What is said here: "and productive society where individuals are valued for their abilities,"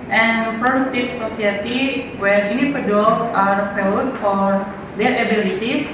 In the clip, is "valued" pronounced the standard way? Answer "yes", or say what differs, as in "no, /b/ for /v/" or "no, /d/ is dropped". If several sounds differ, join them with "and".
no, /p/ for /v/